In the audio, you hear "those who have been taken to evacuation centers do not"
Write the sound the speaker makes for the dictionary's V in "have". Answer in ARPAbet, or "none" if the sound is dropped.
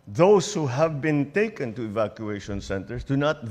V